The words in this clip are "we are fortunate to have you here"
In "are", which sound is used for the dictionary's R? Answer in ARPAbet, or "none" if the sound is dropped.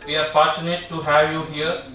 R